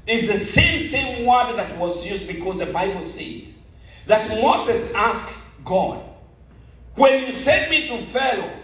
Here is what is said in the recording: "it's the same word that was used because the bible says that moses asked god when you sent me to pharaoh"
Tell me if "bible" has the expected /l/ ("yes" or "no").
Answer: yes